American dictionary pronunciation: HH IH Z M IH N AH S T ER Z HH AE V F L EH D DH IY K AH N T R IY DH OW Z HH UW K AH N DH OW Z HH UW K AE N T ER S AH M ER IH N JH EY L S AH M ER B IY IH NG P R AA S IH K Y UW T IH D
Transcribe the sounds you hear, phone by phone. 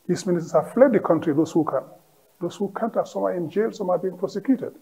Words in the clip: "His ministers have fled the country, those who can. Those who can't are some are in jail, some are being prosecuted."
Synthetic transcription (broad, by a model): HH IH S M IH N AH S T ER S HH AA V F L EH D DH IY K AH N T R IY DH OW S HH UW K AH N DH OW S HH UW K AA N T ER S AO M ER IH N JH EY L S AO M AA B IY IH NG P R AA S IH K Y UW T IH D